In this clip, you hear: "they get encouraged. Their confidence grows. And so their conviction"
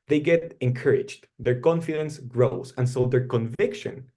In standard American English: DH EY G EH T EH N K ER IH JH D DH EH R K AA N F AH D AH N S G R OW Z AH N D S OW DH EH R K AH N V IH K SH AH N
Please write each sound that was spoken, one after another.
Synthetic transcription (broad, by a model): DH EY G EH T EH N K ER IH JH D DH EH R K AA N F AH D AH N S G R OW S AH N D S OW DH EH R K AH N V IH K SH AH N